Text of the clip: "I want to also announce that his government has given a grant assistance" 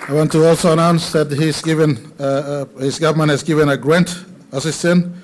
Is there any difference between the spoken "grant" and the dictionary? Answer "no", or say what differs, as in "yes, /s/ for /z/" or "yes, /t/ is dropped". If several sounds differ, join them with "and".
no